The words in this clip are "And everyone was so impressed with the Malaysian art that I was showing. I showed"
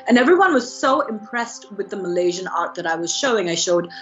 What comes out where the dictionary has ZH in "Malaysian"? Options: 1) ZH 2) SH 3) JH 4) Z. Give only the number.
1